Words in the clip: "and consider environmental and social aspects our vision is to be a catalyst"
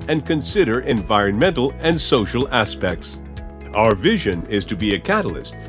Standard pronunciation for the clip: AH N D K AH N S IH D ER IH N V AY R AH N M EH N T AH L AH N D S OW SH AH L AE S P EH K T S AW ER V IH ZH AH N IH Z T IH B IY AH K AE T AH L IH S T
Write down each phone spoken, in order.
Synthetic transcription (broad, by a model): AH N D K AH N S IH D ER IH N V AY R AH N M EH N T L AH N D S OW SH L AE S P EH K T S AW ER V IH ZH AH N IH Z T IH B IY AH K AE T L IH S T